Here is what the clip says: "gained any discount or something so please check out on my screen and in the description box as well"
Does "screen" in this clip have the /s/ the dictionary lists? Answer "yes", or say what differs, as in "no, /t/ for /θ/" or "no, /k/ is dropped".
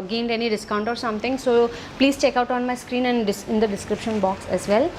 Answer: yes